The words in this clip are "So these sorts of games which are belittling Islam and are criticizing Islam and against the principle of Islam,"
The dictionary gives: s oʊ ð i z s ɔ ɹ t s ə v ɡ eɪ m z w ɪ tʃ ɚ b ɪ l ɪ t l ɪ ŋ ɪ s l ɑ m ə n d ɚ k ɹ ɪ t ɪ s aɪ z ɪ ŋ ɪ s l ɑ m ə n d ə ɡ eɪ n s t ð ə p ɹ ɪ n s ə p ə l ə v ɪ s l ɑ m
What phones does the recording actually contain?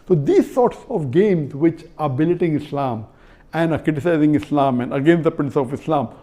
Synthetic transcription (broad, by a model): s oʊ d i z s ɔ ɹ t s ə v ɡ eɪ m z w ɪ tʃ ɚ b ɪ l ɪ t ɪ ŋ ɪ s l ɑ m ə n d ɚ k ɹ ɪ t ɪ s aɪ z ɪ ŋ ɪ s l ɑ m ə n d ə ɡ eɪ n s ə p ɹ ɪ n s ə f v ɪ s l ɑ m